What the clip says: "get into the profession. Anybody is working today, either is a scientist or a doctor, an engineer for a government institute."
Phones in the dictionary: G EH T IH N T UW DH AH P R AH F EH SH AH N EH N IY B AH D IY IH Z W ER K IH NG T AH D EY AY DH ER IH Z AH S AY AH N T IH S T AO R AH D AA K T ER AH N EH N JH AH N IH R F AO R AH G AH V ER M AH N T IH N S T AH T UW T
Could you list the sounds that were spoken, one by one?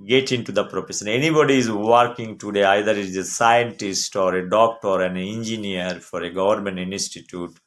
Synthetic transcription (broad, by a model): G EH T IH N T UW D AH P R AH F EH S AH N EH N IY B AH D IY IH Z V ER K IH NG T AH D EY AY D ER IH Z AH S AY AH N T IH S T AO R AH D AA K T ER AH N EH N JH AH N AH R F AO R AH G AH V ER M AH N T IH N S T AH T UW T